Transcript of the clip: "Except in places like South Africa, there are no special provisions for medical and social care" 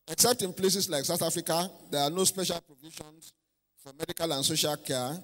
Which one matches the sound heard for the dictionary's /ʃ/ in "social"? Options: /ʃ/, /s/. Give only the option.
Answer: /ʃ/